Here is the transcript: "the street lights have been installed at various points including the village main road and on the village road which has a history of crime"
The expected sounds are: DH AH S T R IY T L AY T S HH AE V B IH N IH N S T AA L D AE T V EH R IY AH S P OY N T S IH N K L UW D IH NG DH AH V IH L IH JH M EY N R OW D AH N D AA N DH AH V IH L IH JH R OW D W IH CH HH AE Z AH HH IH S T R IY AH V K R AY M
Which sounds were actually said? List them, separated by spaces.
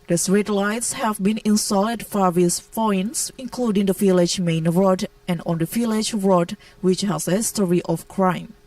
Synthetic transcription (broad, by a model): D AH S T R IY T L AY T S HH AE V B IH N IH N S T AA L IH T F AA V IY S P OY N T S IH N K L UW D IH NG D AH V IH L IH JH M EY N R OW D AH N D AA N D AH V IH L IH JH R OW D W IH CH HH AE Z AH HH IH S T R IY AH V K R AY M